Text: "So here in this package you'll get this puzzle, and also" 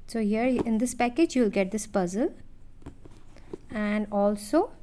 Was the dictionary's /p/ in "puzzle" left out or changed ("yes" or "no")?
no